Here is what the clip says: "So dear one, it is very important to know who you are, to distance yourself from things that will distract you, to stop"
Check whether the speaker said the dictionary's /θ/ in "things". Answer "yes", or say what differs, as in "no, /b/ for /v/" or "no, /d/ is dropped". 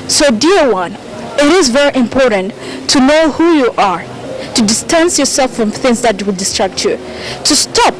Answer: yes